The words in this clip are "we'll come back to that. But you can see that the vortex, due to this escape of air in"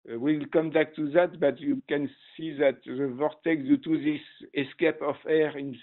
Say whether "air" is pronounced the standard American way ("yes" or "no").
yes